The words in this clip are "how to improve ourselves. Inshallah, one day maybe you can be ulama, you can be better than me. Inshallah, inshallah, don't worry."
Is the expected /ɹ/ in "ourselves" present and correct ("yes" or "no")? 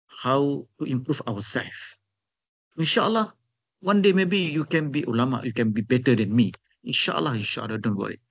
no